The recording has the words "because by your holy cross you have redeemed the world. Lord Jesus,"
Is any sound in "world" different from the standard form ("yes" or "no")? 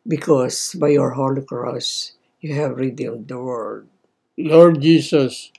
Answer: yes